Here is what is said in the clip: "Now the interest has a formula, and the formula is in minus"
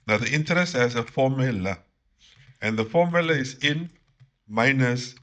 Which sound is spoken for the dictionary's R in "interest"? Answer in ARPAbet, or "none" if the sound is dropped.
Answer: R